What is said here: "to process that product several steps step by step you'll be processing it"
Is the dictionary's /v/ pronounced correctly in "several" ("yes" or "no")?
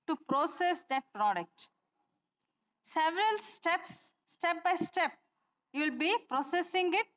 yes